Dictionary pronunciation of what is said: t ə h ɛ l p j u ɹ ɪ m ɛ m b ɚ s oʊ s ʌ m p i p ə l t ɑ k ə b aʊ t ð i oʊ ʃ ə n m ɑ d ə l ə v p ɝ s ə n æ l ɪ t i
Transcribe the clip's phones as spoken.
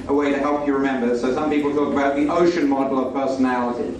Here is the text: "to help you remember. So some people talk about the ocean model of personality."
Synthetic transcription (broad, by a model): t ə h ɛ l p j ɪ ɹ ɪ m ɛ m b ɚ s oʊ s ʌ m p i p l t ɑ k ə b aʊ t ð i oʊ ʃ ə n m ɑ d l ə v p ɝ s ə n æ l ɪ t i